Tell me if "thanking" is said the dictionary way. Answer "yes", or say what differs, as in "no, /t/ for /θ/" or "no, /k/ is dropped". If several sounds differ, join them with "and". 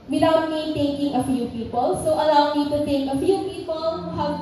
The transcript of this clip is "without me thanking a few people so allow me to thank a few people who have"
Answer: no, /t/ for /θ/